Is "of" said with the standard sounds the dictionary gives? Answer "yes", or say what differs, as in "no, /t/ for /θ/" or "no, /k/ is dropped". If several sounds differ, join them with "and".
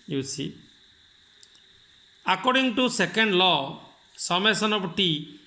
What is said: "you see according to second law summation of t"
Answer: no, /p/ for /v/